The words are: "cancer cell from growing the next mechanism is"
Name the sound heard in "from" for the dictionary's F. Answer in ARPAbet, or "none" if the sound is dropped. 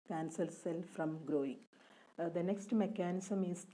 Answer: F